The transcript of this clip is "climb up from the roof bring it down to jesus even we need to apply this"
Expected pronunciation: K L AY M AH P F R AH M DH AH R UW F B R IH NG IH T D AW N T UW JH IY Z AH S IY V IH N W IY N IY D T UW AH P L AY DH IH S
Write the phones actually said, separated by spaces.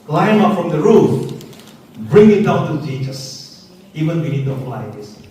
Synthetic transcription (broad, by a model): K L AY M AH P F R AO M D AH R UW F B R IH NG IH T D AW N T UW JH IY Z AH S IY V IH N W IY N IY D T UW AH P L AY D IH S